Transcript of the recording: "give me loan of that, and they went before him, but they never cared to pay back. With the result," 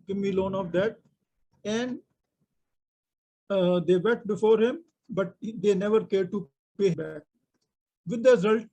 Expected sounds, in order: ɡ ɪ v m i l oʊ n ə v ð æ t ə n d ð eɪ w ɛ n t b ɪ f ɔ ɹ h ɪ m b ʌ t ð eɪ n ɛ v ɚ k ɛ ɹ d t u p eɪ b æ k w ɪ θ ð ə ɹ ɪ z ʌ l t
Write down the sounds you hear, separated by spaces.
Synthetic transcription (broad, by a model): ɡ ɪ m i l oʊ n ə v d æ t ə n d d eɪ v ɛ t b ɪ f ɔ ɹ h ɪ m b ʌ t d eɪ n ɛ v ɚ k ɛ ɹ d t u p eɪ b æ k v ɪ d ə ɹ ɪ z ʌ l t